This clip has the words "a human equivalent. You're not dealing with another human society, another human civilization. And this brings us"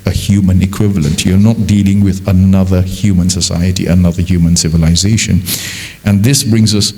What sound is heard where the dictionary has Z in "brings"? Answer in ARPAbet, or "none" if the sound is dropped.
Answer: Z